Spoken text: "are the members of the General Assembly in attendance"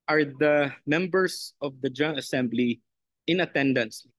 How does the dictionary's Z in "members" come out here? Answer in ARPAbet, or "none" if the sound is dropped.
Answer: S